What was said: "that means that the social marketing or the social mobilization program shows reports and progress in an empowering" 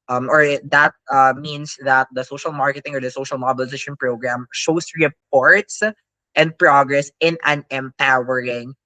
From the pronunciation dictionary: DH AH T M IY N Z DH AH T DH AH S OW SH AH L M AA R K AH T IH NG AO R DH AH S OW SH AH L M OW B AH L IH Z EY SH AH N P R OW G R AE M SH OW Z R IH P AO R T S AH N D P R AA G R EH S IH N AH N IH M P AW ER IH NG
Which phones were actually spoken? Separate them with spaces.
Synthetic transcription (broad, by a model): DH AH T M IY N S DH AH T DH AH S OW SH AH L M AA R K AH T IH NG AO R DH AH S OW SH AH L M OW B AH L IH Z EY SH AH N P R OW G R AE M SH OW S R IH P AO R T S AH N D P R AA G R EH S IH N AH N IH M P AW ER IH NG